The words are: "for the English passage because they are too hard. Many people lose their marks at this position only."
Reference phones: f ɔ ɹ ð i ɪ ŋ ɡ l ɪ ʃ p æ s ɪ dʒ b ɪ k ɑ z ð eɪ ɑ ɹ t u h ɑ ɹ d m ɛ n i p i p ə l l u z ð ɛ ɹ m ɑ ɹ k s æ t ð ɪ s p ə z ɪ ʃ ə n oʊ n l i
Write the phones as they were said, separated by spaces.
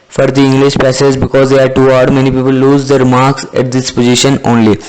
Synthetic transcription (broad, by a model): f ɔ ɹ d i ɪ ŋ ɡ l ɪ ʃ p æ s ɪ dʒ b ɪ k ɑ z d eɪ ɑ ɹ t u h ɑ d m ɛ n i p i p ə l l u z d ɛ ɹ m ɑ ɹ k s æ t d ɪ s p ə z ɪ ʃ ə n oʊ n l i